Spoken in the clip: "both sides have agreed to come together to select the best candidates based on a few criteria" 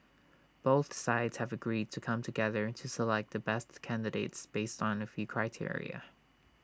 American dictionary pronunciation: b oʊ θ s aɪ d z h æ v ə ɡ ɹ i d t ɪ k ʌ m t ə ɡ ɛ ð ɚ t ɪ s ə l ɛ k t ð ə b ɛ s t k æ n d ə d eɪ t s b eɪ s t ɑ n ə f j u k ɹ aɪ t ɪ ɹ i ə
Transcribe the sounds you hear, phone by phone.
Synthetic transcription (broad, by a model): b oʊ θ s aɪ d z h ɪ v ə ɡ ɹ i d t ɪ k ʌ m t ə ɡ ɛ ð ɚ t ɪ s ə l ɛ k t ð ə b ɛ s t k æ n d ə d eɪ t s b eɪ s t n ə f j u k ɹ aɪ t ɪ ɹ i ə